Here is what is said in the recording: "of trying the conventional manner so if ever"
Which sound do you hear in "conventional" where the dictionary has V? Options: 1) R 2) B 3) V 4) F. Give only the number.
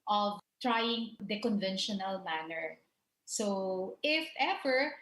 3